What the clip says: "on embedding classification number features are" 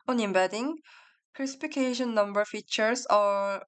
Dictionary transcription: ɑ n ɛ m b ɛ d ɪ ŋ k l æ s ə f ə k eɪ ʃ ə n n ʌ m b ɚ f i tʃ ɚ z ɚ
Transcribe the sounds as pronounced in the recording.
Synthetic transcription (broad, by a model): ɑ n ɛ m b ɛ d ɪ ŋ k ɛ s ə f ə k eɪ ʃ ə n n ʌ m b ɚ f i tʃ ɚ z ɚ